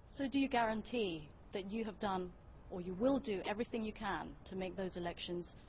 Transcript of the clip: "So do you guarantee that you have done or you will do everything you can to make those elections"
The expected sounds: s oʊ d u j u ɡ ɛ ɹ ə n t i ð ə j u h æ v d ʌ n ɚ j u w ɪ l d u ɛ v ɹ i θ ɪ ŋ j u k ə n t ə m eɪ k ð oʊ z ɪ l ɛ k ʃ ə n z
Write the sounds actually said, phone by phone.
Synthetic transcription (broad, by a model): s oʊ d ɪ j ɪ ɡ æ ɹ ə n t i ð ə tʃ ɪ v d ʌ n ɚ j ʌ w ɪ l d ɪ ɛ v ɹ i θ ɪ ŋ j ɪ k ə n t ə m eɪ k ð oʊ z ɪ l ɛ k ʃ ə n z